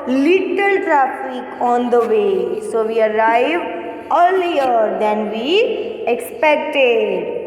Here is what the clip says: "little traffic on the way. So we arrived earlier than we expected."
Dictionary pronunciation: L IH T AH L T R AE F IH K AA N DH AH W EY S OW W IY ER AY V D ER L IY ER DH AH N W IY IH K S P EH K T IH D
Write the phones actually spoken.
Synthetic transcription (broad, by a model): L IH T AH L T R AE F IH K AA N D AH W EY S OW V IY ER AY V ER L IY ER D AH N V IY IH K S P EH K T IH D